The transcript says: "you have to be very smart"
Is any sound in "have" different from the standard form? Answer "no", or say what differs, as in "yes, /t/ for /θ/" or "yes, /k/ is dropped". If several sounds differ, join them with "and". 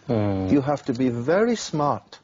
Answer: yes, /f/ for /v/